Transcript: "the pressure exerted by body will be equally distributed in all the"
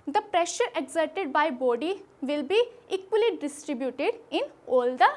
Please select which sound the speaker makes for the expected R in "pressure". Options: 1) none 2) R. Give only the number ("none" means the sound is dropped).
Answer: 2